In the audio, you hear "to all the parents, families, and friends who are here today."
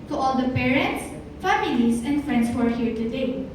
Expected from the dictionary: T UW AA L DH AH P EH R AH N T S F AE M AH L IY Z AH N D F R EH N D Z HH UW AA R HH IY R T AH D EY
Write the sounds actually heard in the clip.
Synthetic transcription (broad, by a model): T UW AA L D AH P EH R AH N T S F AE M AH L IY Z AH N D F R EH N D S HH UW AA R HH IY R T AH D EY